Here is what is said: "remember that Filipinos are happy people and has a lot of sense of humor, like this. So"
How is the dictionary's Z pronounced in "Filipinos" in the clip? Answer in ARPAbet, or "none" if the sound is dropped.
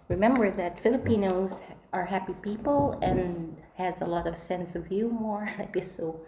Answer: Z